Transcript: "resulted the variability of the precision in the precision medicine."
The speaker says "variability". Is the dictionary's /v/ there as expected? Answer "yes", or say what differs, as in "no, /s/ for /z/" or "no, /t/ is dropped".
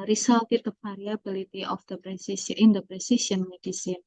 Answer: no, /p/ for /v/